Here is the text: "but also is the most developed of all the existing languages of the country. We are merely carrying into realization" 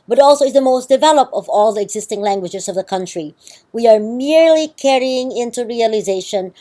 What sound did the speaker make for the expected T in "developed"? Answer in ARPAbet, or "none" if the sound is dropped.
T